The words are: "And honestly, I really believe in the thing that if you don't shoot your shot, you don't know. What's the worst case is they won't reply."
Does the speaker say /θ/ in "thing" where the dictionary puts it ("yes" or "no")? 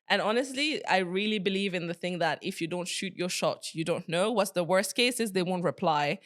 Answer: yes